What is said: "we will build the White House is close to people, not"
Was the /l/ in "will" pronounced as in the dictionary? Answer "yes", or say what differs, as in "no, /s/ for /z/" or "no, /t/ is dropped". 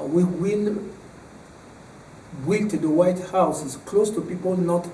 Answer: no, /n/ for /l/